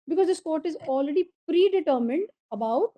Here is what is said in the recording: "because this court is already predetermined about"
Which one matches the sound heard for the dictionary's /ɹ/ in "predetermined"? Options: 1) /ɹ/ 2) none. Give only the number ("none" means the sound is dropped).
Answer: 1